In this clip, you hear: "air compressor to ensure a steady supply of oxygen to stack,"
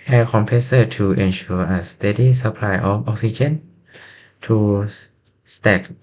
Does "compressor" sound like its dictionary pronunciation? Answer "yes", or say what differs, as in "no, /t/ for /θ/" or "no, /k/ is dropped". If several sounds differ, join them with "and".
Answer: no, /ɹ/ is dropped